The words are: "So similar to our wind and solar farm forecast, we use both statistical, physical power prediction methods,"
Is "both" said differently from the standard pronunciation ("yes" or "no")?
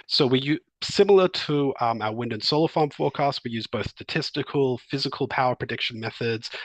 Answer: no